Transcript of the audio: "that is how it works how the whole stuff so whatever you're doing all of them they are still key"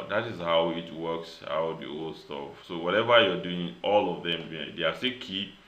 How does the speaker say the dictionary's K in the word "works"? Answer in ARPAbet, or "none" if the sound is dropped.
K